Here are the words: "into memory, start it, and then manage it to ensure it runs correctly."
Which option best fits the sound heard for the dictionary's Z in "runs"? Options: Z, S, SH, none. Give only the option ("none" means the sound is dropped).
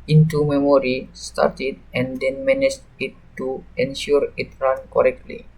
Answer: none